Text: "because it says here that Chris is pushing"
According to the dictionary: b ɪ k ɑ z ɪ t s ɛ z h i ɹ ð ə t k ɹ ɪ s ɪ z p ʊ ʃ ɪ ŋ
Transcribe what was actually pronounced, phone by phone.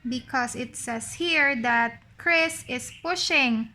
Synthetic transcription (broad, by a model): b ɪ k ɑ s ɪ t s ɛ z h i ɹ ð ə t k ɹ ɪ s ɪ s p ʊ ʃ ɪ ŋ